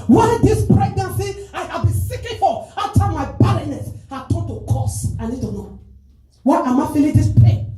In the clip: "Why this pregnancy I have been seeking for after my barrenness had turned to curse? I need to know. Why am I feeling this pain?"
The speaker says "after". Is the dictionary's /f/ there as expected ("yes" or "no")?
no